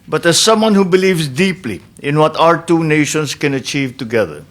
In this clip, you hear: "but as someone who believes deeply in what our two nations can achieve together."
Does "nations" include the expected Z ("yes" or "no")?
no